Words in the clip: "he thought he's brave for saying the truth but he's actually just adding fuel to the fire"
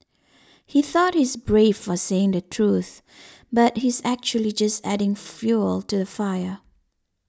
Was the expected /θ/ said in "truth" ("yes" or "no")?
yes